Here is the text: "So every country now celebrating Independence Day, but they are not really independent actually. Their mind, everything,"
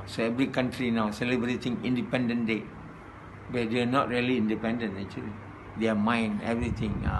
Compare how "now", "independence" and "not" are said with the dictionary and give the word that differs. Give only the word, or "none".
independence